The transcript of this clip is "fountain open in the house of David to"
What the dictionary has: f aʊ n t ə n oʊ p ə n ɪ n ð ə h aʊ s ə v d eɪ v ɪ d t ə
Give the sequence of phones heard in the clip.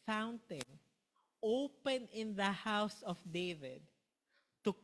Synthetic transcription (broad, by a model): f aʊ n t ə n oʊ p ə n ɪ n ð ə h aʊ s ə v d eɪ v ɪ d t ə